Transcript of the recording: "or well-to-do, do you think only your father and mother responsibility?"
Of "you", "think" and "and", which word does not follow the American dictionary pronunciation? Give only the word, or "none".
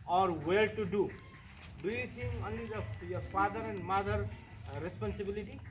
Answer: think